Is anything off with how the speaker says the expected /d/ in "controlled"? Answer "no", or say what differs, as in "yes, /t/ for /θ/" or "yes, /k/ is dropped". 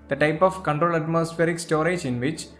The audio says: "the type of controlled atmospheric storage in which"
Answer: yes, /d/ is dropped